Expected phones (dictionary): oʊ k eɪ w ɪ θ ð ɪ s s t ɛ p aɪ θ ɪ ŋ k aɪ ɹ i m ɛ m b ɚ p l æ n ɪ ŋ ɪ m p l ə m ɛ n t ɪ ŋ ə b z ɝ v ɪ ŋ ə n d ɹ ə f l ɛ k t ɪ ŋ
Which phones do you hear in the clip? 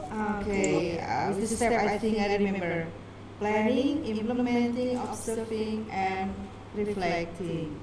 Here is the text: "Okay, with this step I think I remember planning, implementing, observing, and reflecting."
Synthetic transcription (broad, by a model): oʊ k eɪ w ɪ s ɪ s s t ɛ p aɪ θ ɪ ŋ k aɪ ɹ i m ɛ m b ɚ p l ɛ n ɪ ŋ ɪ m p l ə m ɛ n t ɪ ŋ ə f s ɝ f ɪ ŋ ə n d ɹ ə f l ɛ k t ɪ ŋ